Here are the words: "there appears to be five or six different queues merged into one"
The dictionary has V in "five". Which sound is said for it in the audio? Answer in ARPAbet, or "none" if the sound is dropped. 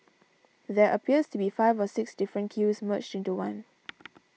V